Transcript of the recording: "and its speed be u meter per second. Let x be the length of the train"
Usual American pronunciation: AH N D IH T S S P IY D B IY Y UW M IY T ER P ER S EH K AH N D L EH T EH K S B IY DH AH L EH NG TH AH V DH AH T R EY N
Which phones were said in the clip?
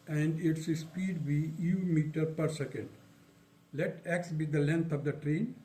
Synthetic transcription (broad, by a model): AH N D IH T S S P IY D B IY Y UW M IY T ER P ER S EH K AH N D L EH T EH K S B IY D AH L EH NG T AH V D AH T R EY N